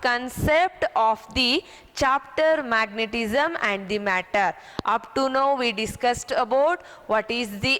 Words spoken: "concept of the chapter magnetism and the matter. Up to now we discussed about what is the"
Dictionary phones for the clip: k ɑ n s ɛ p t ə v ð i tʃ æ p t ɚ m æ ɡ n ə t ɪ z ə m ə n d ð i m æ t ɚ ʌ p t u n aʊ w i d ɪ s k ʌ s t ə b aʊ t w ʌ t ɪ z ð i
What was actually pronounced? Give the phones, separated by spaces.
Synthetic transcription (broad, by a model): k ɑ n s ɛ p t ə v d i tʃ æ p t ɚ m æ ɡ n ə t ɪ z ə m ə n d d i m æ t ɚ ʌ p t u n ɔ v i d ɪ s k ʌ s t ə b aʊ t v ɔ t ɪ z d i